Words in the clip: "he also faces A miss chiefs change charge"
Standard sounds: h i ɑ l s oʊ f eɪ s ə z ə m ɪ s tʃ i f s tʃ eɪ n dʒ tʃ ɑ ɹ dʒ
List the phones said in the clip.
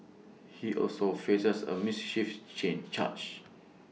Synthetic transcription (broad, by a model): h i ɑ l s oʊ f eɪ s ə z ə m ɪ s ʃ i f tʃ eɪ n tʃ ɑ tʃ